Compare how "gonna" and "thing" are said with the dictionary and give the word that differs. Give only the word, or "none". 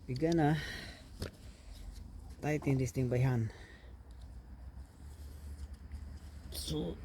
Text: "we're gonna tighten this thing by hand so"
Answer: thing